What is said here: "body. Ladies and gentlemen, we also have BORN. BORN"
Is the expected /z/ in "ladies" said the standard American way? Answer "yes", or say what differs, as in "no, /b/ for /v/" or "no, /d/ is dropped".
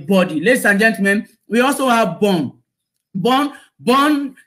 no, /s/ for /z/